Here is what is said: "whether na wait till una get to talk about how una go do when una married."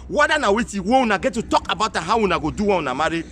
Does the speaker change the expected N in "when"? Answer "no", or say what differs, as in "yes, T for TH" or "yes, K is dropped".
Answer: yes, N is dropped